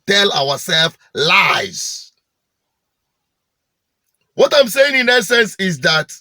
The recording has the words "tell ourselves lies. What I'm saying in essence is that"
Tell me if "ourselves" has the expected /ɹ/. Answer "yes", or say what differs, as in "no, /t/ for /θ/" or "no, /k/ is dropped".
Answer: no, /w/ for /ɹ/